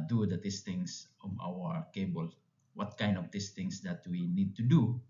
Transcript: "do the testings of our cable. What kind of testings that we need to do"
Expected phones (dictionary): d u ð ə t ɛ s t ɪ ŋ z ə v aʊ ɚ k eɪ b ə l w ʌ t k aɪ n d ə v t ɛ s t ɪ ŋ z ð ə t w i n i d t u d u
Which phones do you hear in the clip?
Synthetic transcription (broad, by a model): d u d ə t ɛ s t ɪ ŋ s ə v aʊ ɚ k eɪ b ə l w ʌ t k aɪ n d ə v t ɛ s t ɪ ŋ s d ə t w i n i d t u d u